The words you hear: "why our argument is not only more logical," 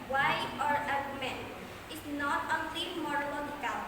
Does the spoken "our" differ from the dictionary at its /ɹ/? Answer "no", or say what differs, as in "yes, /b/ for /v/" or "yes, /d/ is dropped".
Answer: no